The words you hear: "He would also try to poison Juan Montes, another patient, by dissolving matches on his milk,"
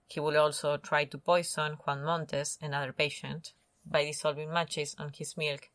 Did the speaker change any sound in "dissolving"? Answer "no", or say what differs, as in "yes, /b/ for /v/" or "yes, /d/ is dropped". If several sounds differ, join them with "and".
yes, /s/ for /z/